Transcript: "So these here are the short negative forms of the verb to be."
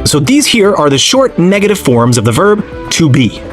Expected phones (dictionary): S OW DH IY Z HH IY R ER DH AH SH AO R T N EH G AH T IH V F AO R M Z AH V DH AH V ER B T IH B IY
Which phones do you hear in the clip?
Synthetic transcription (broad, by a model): S OW DH IY Z HH IY R ER DH AH SH AO R T N EH G AH T IH V F AO R M Z AH V DH AH V ER B T IH B IY